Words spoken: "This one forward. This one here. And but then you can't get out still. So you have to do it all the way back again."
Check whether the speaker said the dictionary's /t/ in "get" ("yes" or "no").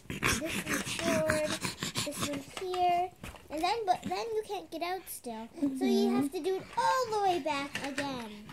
yes